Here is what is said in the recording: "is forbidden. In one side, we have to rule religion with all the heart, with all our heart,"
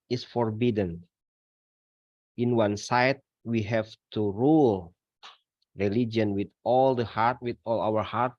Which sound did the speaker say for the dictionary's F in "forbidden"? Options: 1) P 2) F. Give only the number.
2